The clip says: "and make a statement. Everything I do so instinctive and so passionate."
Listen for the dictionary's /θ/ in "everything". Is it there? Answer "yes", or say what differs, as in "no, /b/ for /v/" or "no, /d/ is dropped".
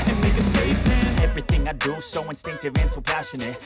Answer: yes